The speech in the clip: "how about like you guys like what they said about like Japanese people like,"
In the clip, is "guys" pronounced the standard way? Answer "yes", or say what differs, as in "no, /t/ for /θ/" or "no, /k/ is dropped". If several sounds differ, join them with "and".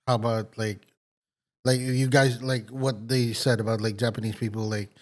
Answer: yes